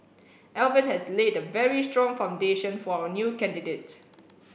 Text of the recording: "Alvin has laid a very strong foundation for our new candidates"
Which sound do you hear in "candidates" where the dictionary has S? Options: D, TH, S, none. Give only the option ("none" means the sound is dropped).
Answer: none